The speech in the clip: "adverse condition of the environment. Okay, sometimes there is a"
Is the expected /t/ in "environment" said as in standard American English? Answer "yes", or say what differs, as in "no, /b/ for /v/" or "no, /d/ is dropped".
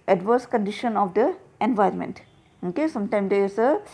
yes